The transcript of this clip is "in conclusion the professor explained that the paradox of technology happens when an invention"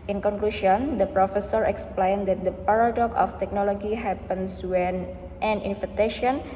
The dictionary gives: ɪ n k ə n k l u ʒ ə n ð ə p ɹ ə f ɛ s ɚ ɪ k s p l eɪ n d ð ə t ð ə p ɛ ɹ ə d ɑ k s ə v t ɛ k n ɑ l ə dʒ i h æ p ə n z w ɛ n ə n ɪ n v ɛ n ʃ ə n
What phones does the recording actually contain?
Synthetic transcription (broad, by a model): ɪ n k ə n k l u ʃ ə n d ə p ɹ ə f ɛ s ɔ ɪ k s p l eɪ n d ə t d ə p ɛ ɹ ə d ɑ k ə f t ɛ k n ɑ l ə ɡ i h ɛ p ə n s w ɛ n ə n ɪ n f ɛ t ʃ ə n